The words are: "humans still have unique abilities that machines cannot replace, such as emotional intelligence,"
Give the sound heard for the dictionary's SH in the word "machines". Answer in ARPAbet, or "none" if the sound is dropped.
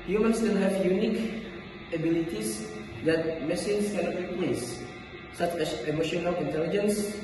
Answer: S